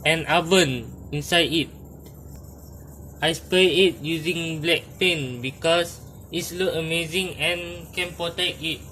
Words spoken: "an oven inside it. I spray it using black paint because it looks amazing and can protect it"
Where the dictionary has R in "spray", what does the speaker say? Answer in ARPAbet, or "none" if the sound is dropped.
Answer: none